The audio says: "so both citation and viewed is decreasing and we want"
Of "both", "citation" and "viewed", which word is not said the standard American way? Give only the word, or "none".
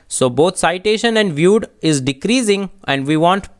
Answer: both